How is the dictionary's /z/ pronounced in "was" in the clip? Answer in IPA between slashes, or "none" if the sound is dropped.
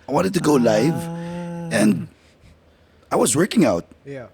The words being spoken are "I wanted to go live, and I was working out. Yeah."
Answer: /z/